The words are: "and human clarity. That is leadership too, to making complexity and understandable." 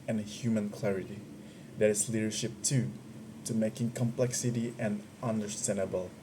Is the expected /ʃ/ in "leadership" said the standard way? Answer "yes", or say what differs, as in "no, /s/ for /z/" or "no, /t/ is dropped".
yes